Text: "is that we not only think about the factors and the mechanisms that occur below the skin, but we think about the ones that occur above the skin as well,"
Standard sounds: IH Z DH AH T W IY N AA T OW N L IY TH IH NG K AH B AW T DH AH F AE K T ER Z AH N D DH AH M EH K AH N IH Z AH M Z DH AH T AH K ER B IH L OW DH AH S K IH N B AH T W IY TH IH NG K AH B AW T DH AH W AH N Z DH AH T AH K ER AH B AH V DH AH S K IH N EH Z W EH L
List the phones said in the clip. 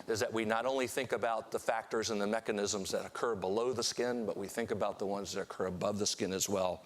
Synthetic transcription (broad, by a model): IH Z DH AH T W IY N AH T OW N L IY TH IH NG K AH B AW T DH AH F AE K T ER Z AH N DH AH M EH K AH N IH Z AH M Z DH AH T AH K ER B IH L OW DH AH S K IH N B AH T W IY TH IH NG K AH B AW T DH AH W AH N Z DH AH T AH K ER AH B AH V DH AH S K IH N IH Z W EH L